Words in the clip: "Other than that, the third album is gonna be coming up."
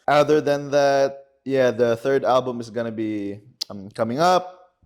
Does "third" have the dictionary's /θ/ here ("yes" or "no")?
yes